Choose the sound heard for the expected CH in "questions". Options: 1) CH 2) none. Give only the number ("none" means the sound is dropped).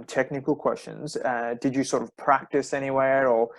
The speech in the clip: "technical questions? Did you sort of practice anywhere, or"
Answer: 1